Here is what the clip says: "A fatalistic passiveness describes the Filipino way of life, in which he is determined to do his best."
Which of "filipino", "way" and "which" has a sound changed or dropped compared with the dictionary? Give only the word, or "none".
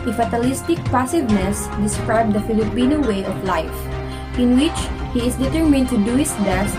none